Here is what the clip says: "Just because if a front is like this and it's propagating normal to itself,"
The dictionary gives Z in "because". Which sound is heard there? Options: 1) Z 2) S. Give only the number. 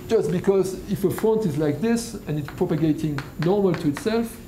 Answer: 1